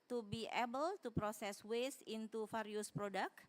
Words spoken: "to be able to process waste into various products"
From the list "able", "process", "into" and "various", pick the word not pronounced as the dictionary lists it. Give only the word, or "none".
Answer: various